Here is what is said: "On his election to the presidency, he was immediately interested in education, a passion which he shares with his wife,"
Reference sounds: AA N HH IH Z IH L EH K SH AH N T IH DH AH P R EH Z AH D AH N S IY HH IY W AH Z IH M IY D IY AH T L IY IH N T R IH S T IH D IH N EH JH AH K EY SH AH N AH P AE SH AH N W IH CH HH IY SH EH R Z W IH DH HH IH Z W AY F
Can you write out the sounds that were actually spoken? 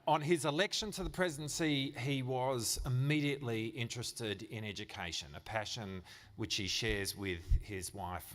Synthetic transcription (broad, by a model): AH N IH Z IH L EH K SH AH N T IH DH AH P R EH Z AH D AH N S IY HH IY W AH Z IH M IY D IY AH T L IY IH N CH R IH S T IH D IH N EH JH AH K EY SH AH N AH P AE SH AH N W IH CH HH IY SH EH R Z W IH DH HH IH Z W AY F